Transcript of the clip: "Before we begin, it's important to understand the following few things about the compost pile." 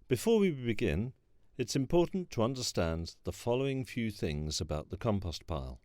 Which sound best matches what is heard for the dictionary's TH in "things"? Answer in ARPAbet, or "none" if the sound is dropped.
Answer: TH